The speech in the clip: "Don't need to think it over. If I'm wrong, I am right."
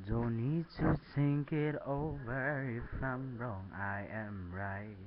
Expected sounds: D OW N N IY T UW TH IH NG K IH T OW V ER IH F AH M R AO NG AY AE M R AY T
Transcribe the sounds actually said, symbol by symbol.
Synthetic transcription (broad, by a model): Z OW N N IY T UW S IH NG K IH T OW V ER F AH M R AO NG AY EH M R AY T